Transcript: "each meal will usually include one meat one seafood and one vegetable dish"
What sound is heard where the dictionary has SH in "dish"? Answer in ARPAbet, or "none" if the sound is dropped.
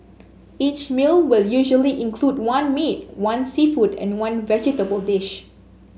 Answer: SH